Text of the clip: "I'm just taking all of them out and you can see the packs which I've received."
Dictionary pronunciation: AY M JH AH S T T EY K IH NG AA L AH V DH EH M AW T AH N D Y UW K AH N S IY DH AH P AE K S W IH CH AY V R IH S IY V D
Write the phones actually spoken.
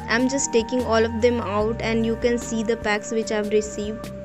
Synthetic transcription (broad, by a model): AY M JH AH S T T EY K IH NG AA L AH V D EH M AW T AH N D Y UW K AH N S IY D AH P AE K S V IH CH AY V R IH S IY V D